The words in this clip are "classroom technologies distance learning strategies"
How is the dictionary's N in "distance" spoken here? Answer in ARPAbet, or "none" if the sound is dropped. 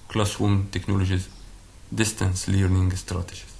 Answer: N